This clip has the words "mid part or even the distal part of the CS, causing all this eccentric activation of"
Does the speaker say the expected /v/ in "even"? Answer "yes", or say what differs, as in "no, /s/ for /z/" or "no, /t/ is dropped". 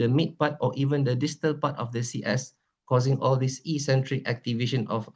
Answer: yes